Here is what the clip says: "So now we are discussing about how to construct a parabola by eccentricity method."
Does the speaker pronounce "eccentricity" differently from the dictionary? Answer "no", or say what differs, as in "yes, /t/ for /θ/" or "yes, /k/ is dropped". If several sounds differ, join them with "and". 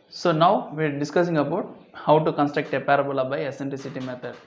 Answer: yes, /k/ is dropped and /l/ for /ɹ/